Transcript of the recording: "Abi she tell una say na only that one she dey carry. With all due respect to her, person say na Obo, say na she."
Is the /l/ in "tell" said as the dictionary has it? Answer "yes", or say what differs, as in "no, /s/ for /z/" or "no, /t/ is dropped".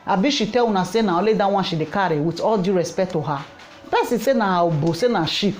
no, /w/ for /l/